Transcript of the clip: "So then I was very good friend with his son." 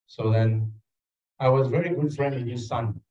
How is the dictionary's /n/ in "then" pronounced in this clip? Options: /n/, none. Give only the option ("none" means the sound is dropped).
/n/